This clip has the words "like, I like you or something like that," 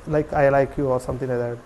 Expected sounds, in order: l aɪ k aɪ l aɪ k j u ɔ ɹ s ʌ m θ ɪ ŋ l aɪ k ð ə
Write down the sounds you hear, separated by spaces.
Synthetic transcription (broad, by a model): l aɪ k aɪ l aɪ k j u ɔ ɹ s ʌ m t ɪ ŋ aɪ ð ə